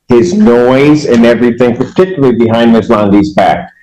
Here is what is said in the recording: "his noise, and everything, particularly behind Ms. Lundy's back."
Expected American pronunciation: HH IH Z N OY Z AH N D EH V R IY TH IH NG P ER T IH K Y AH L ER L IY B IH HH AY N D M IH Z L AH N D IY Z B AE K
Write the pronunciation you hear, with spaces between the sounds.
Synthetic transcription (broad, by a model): HH IH Z N OY Z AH N EH V R IY TH IH NG P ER T IH K Y L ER IY B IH HH AY N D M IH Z L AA N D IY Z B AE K